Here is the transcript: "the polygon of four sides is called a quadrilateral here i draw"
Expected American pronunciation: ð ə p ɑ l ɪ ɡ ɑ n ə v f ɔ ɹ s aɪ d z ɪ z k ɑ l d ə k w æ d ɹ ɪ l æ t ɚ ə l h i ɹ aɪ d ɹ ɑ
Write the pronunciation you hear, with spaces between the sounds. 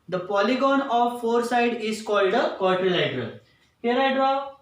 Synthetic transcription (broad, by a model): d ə p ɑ l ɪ ɡ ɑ n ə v f ɔ ɹ s aɪ d ɪ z k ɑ l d ə k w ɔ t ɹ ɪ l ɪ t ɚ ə h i ɹ aɪ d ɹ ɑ